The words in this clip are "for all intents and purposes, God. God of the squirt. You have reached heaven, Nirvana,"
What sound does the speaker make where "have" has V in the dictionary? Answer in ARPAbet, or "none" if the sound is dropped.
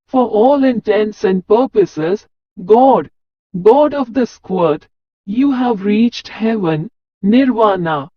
V